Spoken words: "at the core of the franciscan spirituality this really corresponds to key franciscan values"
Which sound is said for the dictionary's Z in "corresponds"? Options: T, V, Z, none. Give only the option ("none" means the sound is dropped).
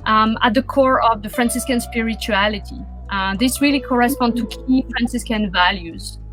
none